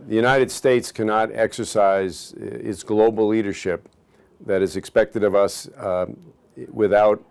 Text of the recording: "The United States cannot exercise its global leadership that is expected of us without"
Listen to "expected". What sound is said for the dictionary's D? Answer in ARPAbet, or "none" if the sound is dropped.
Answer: D